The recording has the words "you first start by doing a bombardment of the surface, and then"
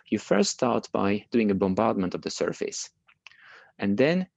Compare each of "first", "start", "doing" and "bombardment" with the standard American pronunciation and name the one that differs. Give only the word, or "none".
none